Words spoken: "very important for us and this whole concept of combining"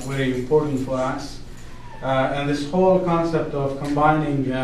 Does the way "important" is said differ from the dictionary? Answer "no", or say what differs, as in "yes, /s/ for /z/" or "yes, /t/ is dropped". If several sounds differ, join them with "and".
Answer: yes, /m/ is dropped